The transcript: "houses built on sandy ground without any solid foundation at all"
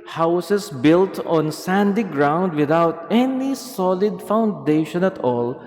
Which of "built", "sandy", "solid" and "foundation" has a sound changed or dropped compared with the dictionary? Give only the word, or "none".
none